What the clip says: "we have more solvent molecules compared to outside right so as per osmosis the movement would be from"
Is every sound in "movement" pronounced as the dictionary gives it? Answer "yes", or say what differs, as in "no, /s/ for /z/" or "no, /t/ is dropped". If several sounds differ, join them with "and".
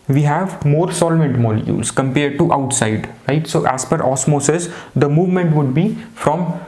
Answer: yes